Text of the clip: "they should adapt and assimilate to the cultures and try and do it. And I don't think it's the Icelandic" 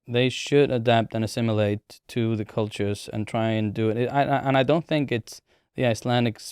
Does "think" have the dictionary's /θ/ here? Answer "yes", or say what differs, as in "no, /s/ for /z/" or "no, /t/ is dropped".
yes